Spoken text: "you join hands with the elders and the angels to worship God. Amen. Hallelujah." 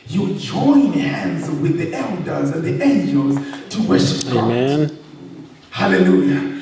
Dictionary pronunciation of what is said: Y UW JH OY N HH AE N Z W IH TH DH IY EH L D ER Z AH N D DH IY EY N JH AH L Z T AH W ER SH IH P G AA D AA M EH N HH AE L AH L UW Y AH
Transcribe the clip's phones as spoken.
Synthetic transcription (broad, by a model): Y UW JH OY N HH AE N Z W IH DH IY EH L D ER Z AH N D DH IY EY N JH AH L Z T AH W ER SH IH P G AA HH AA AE L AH L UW Y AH